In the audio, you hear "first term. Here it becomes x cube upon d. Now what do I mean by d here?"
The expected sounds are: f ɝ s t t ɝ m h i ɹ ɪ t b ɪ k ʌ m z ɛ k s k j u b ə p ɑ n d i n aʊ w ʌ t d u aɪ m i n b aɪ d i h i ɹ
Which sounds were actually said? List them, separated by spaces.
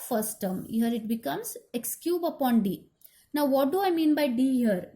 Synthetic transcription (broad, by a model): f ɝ s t t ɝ m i ɹ ɪ t b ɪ k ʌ m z ɛ k s k j u b ə p ɑ n d i n aʊ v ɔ t d u aɪ m i n b aɪ d i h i ɹ